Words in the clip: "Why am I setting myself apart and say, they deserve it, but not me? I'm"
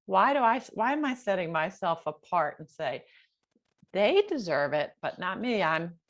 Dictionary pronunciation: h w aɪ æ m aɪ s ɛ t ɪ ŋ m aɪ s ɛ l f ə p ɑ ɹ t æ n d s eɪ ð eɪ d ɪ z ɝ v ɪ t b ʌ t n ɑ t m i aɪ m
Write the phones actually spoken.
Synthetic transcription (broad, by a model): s w aɪ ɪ m aɪ s ɛ t ɪ ŋ m aɪ s ɛ l f ə p ɑ ɹ t n s eɪ ð eɪ d ɪ z ɝ v ɪ t b ʌ t n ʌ t m i aɪ m